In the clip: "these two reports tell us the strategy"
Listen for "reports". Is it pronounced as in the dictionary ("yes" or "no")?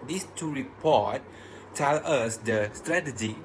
no